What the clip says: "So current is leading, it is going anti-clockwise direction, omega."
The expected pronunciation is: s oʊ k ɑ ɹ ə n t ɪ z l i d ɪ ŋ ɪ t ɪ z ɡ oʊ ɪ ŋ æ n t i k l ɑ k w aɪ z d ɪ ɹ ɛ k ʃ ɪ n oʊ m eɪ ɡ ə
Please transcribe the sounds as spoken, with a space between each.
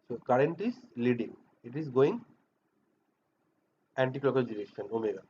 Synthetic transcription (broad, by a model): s oʊ k ɑ ɹ ə n t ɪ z l i d ɪ ŋ ɪ t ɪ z ɡ oʊ ɪ ŋ æ n t i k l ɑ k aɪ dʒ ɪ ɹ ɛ ʃ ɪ n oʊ m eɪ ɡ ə